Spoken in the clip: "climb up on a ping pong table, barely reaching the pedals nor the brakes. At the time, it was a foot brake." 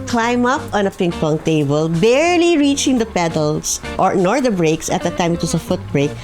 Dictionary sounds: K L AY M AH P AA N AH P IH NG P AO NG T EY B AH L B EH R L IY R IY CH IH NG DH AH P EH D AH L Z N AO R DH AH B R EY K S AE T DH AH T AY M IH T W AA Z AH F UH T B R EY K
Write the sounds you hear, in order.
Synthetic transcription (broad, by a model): K L AY M AH P AA N AH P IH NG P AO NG T EY B AH L B EH R L IY R IY CH IH NG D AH P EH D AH L S N AO R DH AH B R EY K S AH T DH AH T AY M IH T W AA S AH F UH T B R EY K